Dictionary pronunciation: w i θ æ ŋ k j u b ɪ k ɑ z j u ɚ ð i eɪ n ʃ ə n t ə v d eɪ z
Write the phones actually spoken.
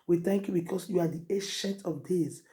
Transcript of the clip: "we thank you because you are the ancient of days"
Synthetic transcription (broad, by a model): w i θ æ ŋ k j u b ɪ k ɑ s j u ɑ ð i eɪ ʃ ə n t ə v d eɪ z